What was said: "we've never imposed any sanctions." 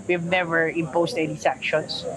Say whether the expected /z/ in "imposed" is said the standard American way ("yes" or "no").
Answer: no